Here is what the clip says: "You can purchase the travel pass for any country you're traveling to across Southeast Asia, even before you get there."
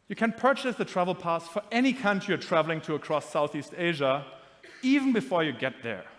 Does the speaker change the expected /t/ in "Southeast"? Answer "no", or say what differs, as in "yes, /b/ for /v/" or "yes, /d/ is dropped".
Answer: no